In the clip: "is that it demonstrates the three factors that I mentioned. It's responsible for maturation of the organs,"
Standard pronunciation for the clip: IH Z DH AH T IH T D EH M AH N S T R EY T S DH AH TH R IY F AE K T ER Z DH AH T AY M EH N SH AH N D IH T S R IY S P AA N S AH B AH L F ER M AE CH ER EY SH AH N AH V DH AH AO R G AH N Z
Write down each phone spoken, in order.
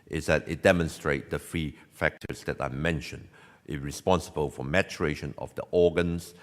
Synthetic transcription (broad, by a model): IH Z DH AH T IH T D EH M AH N S T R EY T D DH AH F R IY F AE K T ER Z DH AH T AY M EH N SH AH N D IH R IY S P AA N S AH B AH L F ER M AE CH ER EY SH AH N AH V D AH AO G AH N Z